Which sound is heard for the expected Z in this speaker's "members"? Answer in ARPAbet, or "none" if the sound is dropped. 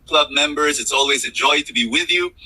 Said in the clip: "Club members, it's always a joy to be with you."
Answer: Z